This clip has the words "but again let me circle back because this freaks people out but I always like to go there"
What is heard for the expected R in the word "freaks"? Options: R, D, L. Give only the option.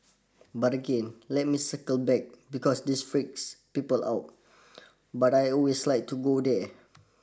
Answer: R